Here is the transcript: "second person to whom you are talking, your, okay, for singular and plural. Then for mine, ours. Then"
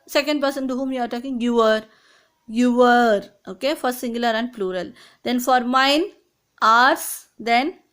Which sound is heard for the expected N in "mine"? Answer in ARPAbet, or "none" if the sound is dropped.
N